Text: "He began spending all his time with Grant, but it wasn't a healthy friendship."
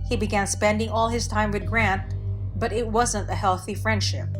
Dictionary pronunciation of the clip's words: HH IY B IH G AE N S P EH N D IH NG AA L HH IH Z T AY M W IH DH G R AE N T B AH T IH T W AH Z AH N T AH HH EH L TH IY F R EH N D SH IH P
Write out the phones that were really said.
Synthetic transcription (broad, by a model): HH IY B IH G AE N S P EH N D IH NG AA L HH IH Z T AY M W IH DH G R AE N T B AH T IH T W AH Z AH N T AH HH EH L TH IY F R EH N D SH IH P